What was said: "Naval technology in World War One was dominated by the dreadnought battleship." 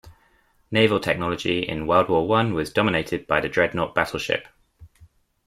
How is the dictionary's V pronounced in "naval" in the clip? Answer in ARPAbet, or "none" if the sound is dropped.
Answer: V